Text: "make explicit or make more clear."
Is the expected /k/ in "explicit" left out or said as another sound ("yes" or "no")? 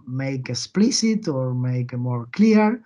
yes